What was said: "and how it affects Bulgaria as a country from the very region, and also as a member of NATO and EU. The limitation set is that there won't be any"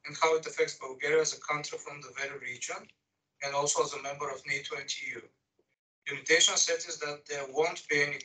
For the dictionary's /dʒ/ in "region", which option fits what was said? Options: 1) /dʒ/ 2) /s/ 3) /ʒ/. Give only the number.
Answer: 1